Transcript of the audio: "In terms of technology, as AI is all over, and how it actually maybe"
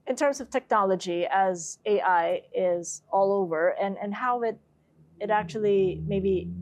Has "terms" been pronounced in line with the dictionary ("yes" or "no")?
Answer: yes